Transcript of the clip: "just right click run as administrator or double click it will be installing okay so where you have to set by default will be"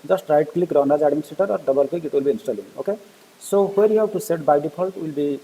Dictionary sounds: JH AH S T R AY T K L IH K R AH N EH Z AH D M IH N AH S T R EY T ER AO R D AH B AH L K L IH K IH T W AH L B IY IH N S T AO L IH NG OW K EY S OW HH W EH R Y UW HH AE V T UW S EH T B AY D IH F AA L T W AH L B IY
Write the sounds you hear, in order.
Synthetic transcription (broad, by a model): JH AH S T R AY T K L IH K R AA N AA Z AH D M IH N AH S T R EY T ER AO R D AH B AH L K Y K IH T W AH L B IY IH N S T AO L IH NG OW K EY S OW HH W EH R Y UW HH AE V T UW S EH T B AY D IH P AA L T W AH L B IY